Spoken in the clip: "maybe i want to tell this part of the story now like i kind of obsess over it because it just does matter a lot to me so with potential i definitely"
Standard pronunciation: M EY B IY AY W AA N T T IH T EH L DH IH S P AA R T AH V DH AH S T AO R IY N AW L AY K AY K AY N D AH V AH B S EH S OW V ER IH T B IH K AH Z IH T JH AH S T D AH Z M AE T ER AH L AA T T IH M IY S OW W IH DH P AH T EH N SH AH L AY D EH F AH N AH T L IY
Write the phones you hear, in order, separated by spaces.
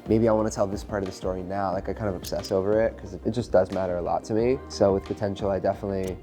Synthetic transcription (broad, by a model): M EY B IY AY W AA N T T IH T EH L DH IH S P AA R T AH V DH AH S T AO R IY N AW L AY K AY K AY N D AH V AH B S EH S OW V ER IH T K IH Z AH IH T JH AH S D AH Z M AE T ER AH L AA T T IH M IY S OW W IH DH P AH T EH N SH L AY D EH F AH N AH T L IY